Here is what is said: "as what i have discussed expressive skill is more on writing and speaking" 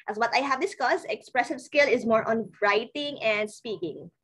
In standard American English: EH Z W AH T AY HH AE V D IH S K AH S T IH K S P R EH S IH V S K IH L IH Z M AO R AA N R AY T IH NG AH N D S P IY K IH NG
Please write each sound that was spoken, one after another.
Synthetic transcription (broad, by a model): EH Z W AH T AY HH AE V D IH S K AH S IH K S P R EH S IH V S K IH L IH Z M AO R AA N R AY T IH NG AH N D S P IY K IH NG